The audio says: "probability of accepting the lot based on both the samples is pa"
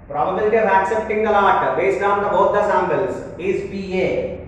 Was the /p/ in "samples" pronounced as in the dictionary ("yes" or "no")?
no